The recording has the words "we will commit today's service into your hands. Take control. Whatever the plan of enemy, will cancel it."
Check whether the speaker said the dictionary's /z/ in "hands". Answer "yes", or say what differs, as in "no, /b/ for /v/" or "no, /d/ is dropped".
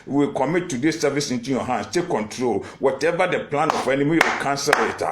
no, /s/ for /z/